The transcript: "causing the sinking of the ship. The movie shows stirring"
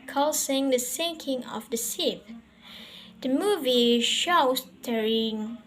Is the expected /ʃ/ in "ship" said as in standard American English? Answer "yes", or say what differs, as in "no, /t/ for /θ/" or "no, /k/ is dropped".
no, /s/ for /ʃ/